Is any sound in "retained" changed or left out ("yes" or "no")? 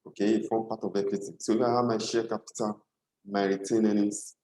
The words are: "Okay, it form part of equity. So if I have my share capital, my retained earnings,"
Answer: yes